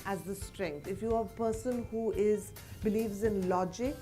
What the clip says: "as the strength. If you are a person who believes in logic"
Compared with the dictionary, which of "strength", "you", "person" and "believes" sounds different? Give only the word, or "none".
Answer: strength